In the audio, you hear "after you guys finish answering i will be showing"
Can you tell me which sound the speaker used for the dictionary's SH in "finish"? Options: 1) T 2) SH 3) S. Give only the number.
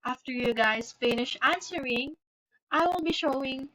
2